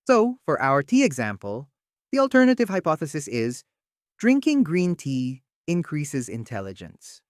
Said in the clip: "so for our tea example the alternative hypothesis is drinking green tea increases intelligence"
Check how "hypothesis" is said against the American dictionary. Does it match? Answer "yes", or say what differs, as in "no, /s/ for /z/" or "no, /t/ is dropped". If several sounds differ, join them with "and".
yes